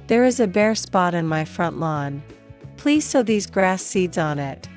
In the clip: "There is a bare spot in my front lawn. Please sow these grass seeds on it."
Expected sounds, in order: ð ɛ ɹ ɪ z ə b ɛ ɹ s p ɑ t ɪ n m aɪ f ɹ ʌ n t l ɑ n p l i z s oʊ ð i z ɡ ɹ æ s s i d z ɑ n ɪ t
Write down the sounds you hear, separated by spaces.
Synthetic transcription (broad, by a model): ð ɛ ɹ ɪ z ə b ɛ ɹ s p ɑ t ɪ n m aɪ f ɹ ʌ n t l ɑ n p l i z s oʊ ð i z ɡ ɹ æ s s i d z n ɪ t